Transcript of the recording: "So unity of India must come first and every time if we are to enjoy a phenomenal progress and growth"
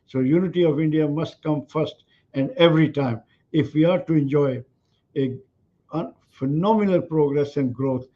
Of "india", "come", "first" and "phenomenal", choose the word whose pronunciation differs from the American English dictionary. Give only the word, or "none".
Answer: none